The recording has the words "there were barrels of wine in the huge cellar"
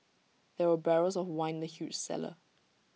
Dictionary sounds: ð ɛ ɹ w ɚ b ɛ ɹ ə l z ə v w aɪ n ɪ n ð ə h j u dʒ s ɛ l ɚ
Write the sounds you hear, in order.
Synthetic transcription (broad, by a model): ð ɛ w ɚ b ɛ ɹ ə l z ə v w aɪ ɪ n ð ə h j u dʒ s ɛ l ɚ